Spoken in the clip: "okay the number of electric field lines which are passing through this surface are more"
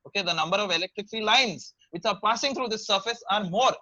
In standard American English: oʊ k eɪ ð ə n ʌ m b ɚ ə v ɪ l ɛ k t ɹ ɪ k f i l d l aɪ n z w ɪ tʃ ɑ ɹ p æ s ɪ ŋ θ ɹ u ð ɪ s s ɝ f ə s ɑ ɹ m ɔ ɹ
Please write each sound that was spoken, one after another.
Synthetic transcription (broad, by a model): oʊ k eɪ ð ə n ʌ m b ɚ ə v ɪ l ɛ k t ɹ ɪ k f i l l aɪ n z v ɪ tʃ ɑ ɹ p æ s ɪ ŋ t ɹ u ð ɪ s s ɝ f ə s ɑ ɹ m ɔ ɹ